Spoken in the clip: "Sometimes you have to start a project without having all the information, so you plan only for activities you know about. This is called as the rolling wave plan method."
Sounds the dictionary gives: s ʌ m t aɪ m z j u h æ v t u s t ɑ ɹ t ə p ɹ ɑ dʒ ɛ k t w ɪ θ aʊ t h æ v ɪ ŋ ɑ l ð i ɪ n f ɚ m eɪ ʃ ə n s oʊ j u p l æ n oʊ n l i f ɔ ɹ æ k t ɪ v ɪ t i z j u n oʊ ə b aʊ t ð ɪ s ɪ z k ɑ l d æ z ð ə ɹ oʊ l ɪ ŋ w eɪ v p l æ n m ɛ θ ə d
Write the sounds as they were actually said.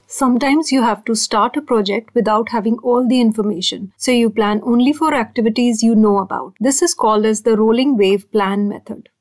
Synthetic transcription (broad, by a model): s ʌ m t aɪ m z j u h æ v t u s t ɑ ɹ t ə p ɹ ɑ dʒ ɛ k t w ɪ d aʊ t h æ v ɪ ŋ ɑ l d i ɪ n f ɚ m eɪ ʃ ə n s oʊ j u p l æ n oʊ n l i f ɔ ɹ æ k t ɪ v ɪ t i z j u n oʊ ə b aʊ t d ɪ s ɪ z k ɑ l d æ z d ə ɹ oʊ l ɪ ŋ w eɪ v p l æ n m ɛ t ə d